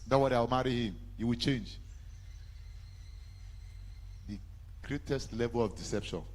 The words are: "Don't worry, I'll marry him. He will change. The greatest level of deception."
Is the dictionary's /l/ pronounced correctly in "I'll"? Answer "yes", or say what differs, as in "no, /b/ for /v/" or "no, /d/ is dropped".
no, /w/ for /l/